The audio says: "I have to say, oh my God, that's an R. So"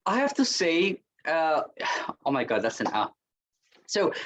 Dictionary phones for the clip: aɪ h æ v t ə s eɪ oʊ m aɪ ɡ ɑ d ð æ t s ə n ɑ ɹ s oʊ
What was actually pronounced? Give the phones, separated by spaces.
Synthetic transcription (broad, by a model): aɪ h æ f t ə s eɪ oʊ m aɪ ɡ ɑ d ð æ t s ə n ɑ s oʊ